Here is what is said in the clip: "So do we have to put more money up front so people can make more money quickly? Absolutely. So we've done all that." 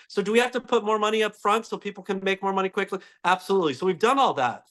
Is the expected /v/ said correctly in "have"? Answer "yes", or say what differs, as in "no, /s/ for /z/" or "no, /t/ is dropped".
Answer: no, /f/ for /v/